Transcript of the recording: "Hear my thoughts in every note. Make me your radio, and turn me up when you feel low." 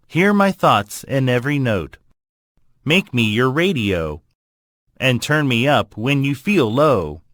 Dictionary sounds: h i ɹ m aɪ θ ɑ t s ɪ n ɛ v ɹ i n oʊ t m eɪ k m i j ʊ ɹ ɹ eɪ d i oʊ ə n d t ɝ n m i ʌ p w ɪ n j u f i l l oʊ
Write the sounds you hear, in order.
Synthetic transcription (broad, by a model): h i ɹ m aɪ θ ɑ t s ɪ n ɛ v ɹ i n oʊ t m eɪ k m i j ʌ ɹ ɹ eɪ d i oʊ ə n t ɝ n m i ʌ p w ɪ n j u f i l l oʊ